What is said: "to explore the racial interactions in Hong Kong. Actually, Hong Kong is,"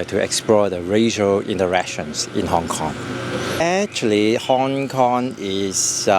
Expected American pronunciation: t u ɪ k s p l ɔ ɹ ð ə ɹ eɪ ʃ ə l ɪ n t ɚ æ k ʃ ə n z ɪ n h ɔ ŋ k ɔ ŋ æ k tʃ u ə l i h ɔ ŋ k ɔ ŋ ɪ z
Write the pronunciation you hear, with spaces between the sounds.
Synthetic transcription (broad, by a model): t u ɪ k s p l ɔ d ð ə ɹ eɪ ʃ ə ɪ n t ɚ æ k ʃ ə n s ɪ n h ɔ ŋ k ɔ ŋ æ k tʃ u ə l i h ɔ ŋ k ɔ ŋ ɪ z